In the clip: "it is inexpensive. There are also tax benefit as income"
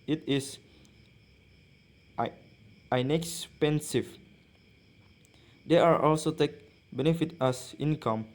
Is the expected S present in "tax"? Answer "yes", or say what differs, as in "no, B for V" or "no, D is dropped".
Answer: no, S is dropped